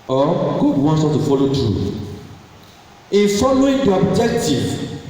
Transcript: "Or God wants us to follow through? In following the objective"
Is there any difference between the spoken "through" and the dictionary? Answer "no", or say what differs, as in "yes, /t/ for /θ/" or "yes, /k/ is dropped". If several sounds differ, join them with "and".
yes, /t/ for /θ/